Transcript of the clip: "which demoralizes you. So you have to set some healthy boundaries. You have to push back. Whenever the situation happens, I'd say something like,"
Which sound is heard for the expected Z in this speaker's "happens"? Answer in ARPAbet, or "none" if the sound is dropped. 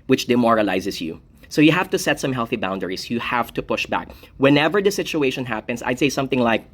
S